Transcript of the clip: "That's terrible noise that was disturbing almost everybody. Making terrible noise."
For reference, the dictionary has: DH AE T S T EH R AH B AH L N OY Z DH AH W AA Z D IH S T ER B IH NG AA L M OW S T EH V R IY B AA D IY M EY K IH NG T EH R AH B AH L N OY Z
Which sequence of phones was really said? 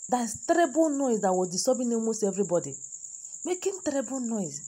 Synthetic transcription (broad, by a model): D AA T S T EH R AH B AH L N OY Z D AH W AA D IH S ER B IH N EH M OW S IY EH V R IY B AA D IY M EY K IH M T EH R AH B AH L N OY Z